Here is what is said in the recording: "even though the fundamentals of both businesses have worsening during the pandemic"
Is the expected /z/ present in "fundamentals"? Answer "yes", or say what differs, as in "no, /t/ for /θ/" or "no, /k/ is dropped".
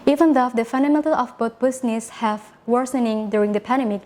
no, /z/ is dropped